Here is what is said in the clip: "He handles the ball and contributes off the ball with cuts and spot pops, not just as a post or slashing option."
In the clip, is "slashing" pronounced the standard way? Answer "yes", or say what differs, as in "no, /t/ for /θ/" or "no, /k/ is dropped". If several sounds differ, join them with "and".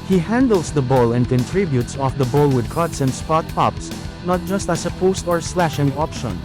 yes